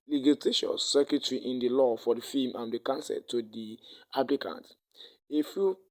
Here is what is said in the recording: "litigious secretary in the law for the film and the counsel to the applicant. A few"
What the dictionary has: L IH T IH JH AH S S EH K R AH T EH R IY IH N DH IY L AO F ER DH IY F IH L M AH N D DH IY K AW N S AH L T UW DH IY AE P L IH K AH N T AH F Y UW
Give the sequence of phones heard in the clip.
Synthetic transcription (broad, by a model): L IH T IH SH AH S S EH K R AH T R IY IH N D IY L AO F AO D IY F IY M AH N D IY K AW N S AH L T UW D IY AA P L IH K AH N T AH F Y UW